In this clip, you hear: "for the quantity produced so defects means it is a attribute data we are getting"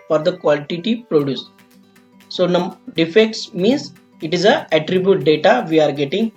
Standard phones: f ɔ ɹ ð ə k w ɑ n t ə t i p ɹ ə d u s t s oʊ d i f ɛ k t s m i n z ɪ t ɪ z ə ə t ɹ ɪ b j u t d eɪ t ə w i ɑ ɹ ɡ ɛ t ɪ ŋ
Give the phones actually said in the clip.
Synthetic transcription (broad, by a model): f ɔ ɹ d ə k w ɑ l t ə t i p ɹ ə d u s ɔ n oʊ d i f ɛ k t s m i n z ɪ t ɪ z ə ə t ɹ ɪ b j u t d eɪ t ə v i ɑ ɹ ɡ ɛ t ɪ ŋ